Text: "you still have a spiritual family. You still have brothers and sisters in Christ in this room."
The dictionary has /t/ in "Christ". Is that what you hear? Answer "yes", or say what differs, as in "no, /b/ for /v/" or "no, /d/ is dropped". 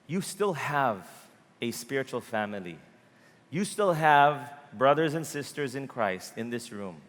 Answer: yes